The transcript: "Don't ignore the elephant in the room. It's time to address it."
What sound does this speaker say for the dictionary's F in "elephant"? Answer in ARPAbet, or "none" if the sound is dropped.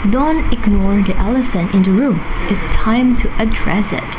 F